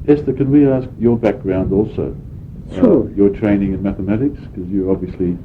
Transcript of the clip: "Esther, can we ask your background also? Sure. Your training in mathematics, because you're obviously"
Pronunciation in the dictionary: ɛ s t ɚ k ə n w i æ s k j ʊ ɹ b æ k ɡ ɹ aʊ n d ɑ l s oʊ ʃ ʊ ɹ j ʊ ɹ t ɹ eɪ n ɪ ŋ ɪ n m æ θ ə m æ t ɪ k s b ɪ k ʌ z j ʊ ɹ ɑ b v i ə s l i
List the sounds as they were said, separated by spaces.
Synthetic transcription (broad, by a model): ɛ s t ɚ k ə n w i æ s k j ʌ ɹ b æ k ɡ ɹ aʊ n d ɑ l s oʊ ʊ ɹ j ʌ ɹ t ɹ eɪ n ɪ ŋ ɪ n m æ θ ə m æ t ɪ k s k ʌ z j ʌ ɹ ɑ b v i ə s l i